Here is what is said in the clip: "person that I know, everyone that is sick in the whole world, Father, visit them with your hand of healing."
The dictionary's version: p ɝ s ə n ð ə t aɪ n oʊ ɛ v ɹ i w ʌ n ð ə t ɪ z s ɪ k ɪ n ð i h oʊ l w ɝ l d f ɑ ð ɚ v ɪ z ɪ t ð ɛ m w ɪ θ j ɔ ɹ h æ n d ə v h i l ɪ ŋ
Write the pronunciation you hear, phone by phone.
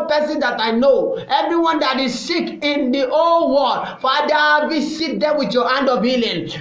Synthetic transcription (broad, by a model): p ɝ s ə n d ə t aɪ n oʊ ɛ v ɹ i w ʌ n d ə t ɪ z s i k ɪ n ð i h oʊ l w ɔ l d f ɑ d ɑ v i s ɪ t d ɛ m w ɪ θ j ɔ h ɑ n d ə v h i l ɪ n